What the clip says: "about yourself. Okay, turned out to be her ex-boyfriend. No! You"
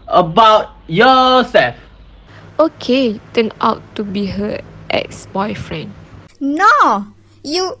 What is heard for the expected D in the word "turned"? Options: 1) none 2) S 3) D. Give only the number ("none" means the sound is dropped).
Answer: 1